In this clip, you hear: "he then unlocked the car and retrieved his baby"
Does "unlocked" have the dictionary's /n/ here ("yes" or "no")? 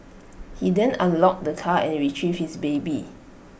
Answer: no